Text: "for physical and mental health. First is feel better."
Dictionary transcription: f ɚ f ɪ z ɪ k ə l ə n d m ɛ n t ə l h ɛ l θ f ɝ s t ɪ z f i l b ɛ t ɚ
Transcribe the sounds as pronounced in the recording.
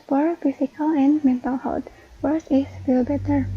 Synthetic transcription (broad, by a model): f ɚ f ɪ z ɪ k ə l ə n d m ɛ n t ə l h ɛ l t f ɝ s ɪ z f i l b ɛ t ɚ